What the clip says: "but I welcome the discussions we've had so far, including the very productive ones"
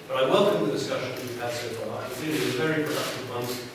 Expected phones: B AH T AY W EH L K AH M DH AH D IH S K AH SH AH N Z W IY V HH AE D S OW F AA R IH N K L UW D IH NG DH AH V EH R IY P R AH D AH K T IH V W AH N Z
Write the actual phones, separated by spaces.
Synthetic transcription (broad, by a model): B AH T AY W EH L K AH M DH AH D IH S K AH SH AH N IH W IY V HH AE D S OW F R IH K AH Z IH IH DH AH V EH R IY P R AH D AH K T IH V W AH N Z